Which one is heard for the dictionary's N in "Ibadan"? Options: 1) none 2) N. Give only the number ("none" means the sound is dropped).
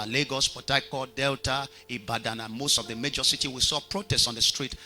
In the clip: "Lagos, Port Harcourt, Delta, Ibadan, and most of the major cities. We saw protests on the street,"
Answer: 2